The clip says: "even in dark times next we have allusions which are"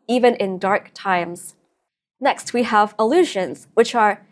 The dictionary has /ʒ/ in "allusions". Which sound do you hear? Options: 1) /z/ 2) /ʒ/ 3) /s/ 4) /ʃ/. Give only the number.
2